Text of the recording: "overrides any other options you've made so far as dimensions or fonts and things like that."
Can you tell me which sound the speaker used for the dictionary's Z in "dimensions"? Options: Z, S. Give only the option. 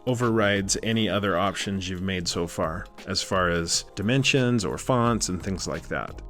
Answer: Z